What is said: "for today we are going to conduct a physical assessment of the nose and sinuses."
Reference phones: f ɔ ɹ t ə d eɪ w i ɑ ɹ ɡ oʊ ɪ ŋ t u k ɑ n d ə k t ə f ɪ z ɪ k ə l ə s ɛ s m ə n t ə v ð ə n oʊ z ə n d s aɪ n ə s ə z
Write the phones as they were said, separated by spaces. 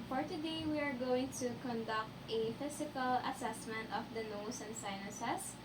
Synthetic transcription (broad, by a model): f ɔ ɹ t ə d eɪ w i ɑ ɹ ɡ oʊ ɪ ŋ t u k ɑ n d ə k t ə f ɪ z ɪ k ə l ə s ɛ s m ə n t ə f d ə l oʊ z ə n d s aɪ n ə s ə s